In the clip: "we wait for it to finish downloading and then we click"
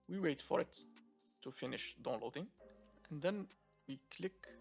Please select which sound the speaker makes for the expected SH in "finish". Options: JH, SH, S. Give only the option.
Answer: SH